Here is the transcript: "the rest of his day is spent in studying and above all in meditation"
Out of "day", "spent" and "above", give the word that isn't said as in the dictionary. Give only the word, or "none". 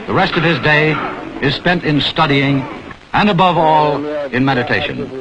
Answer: none